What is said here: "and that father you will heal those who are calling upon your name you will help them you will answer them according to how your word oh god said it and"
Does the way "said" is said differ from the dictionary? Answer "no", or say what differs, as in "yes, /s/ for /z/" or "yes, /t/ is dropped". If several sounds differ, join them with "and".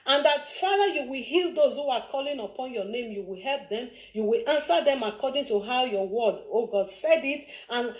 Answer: no